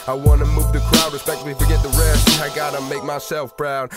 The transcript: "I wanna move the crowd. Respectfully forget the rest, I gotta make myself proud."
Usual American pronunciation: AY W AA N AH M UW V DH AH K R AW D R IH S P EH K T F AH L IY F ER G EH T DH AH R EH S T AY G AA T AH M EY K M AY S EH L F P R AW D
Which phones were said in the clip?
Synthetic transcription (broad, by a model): AY W AA N AH M UW V DH AH K R AW D R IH S P EH K T AH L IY F ER G EH T DH AH R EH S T AY G AA T AH M EY K M AY S EH L F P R AW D